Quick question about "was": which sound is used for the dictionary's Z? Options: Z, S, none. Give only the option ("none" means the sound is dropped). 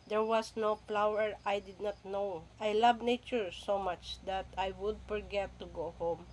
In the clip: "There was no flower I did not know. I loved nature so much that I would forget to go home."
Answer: S